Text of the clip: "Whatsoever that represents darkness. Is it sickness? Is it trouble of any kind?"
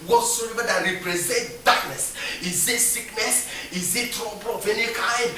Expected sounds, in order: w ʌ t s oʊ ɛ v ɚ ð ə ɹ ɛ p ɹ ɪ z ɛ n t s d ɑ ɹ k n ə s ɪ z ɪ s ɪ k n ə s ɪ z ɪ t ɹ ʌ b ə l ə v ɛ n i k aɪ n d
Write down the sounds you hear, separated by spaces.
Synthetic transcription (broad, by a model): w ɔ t s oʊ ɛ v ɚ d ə ɹ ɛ p ɹ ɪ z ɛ n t d ɑ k n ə s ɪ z ɪ s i k n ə s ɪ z ɪ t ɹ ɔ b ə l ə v ɛ n i k aɪ n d